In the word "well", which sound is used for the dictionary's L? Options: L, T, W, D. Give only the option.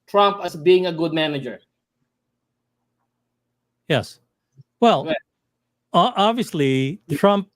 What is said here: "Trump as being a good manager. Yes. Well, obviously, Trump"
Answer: L